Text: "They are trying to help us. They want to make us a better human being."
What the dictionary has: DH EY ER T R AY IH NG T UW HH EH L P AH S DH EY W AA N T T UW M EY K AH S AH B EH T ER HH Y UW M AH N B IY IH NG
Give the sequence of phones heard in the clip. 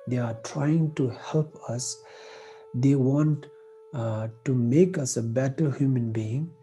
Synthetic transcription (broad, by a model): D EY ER T R AY IH NG T UW HH EH L P AH S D EY W AA N T T UW M EY K AH S AH B EH T ER HH Y UW M AH N B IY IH NG